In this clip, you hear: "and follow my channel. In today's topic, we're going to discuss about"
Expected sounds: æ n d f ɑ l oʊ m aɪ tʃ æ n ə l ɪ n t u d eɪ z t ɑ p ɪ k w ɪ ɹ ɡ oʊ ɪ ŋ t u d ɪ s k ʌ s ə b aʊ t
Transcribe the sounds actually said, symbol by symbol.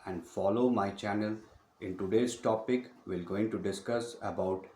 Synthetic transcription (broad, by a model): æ n d f ɑ l oʊ m aɪ tʃ æ n ə l ɪ n t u d eɪ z t ɑ p ɪ k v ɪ l ɡ oʊ ɪ ŋ t u d ɪ s k ʌ s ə b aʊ t